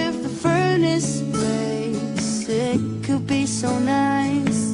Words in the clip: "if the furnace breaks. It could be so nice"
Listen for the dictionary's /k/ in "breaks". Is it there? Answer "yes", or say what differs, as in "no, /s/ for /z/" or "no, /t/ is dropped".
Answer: no, /k/ is dropped